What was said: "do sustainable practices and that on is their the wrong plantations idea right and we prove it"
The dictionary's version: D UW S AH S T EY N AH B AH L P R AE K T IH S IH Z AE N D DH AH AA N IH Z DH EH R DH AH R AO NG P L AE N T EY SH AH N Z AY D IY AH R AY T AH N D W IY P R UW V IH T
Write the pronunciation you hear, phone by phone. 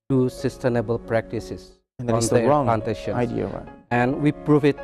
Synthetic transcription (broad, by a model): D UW S AH S T EY N AH B AH L P R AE K T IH S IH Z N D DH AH AA N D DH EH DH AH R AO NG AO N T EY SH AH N AY D IY AH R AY AH N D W IY P R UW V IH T